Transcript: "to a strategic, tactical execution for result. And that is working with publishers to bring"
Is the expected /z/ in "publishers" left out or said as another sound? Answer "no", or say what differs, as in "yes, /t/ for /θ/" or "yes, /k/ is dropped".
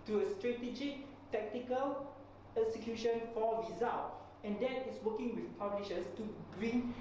yes, /s/ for /z/